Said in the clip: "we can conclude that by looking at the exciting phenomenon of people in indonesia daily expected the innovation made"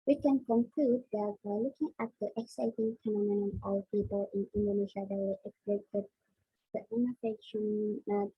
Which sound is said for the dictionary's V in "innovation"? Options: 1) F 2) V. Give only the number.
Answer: 1